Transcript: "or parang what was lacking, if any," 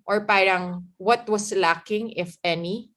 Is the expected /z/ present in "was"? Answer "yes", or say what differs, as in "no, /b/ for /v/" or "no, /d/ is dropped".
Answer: no, /s/ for /z/